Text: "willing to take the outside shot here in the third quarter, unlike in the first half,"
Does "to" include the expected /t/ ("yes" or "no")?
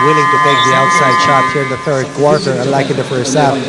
yes